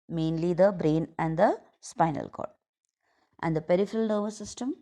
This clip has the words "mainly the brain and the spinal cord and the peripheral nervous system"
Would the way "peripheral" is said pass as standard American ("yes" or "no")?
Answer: yes